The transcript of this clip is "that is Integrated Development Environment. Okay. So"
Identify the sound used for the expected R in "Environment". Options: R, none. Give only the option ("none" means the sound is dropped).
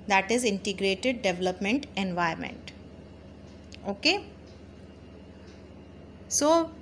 none